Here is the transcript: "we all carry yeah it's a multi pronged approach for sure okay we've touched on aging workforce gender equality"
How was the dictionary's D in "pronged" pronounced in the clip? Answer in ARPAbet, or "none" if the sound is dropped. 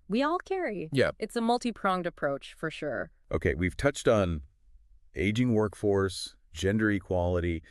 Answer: D